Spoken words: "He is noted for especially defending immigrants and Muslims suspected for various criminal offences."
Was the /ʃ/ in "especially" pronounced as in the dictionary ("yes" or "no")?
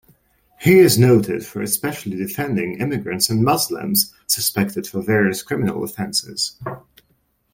yes